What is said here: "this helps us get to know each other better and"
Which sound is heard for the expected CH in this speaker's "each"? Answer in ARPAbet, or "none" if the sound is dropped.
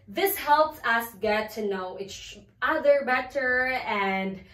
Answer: S